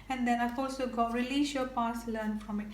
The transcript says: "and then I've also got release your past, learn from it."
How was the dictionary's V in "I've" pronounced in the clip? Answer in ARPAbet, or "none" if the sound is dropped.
F